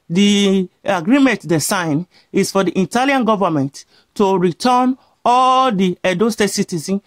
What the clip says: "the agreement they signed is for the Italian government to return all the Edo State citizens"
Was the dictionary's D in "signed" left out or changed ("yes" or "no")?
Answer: yes